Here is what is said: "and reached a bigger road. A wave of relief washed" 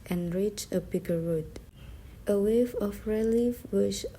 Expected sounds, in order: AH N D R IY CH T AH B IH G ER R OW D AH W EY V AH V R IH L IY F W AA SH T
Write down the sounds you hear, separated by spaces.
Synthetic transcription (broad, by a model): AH N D R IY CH AH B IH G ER R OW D AH W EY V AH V R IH L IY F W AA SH